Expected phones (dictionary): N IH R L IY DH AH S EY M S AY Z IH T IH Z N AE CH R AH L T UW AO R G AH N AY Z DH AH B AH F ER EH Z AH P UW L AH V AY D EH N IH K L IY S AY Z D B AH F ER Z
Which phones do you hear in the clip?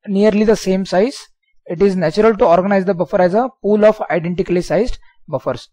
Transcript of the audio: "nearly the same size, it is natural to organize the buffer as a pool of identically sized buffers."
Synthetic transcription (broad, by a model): N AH R L IY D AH S EY M S AY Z IH T IH Z N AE CH R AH L T UW AO R G AH N AY Z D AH B AH F ER EH Z AH P UW L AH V AY D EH N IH K L IY S AY Z D B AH F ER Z